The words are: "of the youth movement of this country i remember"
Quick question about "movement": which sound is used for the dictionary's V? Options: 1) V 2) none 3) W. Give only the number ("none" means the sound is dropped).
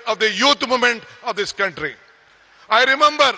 2